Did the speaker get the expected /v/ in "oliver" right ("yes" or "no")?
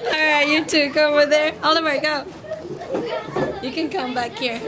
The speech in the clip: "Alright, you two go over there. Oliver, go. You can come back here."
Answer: no